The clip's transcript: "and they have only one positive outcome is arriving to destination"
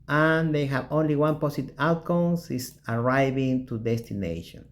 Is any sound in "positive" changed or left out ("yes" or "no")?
yes